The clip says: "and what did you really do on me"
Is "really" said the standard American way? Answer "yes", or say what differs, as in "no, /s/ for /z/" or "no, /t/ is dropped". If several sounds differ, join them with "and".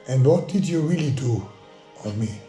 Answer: yes